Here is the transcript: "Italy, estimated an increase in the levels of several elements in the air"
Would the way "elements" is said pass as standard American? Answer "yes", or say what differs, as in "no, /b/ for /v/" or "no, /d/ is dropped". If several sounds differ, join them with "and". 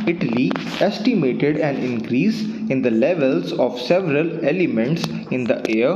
yes